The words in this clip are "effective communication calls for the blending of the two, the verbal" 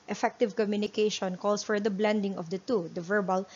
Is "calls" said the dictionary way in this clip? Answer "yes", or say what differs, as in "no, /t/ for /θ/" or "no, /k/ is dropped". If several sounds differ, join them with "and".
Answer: no, /s/ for /z/